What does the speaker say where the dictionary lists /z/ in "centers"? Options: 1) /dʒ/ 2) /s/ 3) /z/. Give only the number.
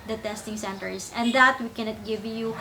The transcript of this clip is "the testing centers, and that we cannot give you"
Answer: 2